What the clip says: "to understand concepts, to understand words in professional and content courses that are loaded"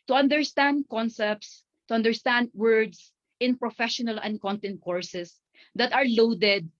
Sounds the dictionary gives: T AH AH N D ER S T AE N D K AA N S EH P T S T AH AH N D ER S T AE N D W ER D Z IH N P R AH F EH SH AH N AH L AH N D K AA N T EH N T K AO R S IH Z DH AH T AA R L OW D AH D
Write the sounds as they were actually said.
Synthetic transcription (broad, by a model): T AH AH N D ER S T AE N D K AA N S EH P T S T AH AH N D ER S T AE N D W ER D S IH N P R AH F EH SH AH N AH L AH N D K AA N T EH N T K AO R S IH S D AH T AA R L OW D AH D